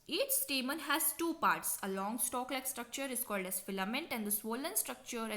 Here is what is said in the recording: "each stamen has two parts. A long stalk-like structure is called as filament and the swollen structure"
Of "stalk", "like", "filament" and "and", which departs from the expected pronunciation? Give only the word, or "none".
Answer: none